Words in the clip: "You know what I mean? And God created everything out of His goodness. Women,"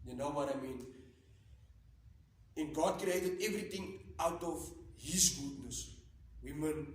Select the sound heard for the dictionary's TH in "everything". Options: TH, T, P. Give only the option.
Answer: T